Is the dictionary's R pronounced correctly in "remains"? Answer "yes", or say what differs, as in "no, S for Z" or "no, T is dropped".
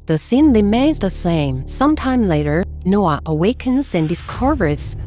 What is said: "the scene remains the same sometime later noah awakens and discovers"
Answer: no, L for R